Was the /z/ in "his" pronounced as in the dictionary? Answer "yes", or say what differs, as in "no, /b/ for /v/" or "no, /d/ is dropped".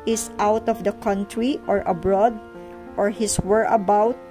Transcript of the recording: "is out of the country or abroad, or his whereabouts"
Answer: no, /s/ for /z/